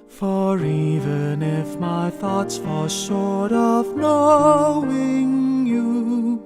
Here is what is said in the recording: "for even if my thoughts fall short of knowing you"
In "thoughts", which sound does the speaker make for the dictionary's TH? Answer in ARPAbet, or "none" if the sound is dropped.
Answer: TH